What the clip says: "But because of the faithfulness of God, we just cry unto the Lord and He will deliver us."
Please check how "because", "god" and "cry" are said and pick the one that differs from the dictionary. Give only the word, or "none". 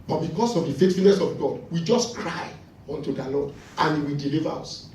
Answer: because